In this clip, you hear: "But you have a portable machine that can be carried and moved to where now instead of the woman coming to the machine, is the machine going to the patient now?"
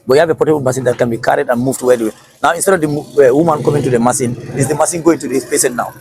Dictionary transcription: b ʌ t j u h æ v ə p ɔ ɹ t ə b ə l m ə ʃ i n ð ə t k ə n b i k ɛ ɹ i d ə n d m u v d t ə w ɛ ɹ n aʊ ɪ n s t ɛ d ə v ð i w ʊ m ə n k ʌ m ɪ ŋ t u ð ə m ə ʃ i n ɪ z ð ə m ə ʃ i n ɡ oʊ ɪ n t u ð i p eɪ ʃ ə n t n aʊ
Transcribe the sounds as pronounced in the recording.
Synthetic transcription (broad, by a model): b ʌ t j u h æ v ə p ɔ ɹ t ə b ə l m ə s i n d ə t k ə n b i k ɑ ɹ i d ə n m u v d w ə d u w n aʊ ɪ n s t ɛ d ə v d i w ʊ m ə n k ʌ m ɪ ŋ t u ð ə m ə s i n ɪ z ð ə m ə s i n ɡ oʊ ɪ n t u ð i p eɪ s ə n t n aʊ